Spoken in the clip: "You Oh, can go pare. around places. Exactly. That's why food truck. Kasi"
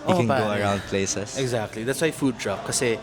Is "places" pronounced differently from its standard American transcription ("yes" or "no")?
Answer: yes